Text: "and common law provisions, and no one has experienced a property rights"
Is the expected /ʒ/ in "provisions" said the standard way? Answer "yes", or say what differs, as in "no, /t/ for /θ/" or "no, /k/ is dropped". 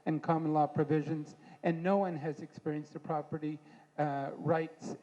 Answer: yes